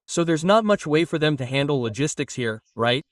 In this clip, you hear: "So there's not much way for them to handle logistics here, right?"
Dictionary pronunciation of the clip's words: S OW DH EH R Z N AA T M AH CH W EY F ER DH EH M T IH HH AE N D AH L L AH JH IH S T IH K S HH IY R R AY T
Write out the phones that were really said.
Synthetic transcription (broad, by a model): S OW DH EH R Z N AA T M AH CH W EY F ER DH EH M T IH HH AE N D L L AH JH IH S T IH K S HH IY R R AY T